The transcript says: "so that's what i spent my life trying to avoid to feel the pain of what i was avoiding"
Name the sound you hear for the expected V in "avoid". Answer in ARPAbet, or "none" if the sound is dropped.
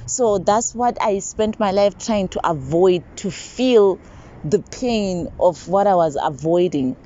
V